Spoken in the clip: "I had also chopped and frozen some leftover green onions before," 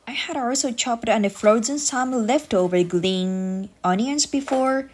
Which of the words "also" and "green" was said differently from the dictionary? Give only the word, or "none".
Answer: green